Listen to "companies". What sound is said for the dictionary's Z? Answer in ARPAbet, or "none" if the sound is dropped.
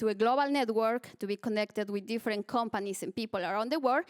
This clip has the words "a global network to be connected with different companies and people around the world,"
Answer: S